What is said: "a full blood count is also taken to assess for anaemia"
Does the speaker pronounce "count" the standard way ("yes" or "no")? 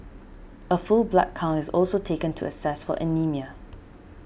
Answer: no